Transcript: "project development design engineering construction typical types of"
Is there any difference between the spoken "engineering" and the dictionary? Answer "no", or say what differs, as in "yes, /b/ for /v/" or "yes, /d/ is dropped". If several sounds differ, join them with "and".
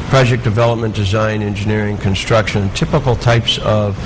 no